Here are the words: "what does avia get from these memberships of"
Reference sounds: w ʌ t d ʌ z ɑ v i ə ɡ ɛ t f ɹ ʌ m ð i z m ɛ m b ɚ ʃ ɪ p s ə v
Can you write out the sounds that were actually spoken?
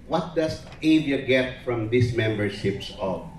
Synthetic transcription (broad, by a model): w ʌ t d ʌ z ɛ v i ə ɡ ɛ t f ɹ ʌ m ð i s m ɛ m b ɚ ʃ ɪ p s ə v